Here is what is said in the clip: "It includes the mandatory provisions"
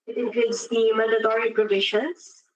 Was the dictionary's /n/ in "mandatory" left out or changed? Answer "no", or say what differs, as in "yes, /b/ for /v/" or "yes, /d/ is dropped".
yes, /n/ is dropped